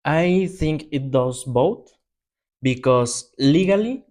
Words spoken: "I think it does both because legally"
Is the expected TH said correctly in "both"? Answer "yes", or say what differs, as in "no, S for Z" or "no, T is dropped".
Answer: no, T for TH